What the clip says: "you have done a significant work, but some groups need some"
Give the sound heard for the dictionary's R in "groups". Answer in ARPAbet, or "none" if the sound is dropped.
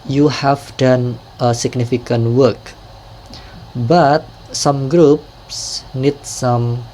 R